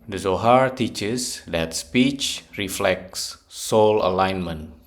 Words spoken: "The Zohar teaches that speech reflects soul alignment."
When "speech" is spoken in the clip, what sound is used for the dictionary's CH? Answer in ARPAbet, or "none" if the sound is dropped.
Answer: CH